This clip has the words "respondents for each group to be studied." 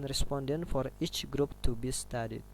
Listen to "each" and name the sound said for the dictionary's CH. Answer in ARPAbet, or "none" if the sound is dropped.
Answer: CH